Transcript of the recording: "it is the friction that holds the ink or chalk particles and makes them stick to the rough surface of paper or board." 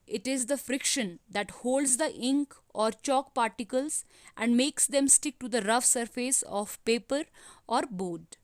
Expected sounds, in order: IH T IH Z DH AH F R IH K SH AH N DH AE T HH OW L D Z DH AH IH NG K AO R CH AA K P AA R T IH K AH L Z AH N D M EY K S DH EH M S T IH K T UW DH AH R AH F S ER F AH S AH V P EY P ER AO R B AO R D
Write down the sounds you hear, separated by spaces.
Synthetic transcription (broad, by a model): IH T IH Z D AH F R IH K SH AH N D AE T HH OW L D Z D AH IH NG K AO R CH AA K P AA R T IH K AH L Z AH N D M EY K S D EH M S T IH K T UW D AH R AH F S ER F AH S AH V P EY P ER AO R B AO D